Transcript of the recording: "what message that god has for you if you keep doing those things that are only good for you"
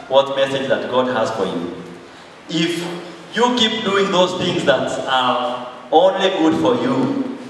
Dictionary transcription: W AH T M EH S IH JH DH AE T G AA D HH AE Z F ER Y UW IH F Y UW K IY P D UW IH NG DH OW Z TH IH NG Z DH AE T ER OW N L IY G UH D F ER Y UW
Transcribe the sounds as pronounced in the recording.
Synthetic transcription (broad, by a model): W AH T M EH S IH JH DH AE T G AA D HH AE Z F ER Y UW IH F Y UW K IY P D UW IH NG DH OW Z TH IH NG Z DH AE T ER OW L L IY G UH D F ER Y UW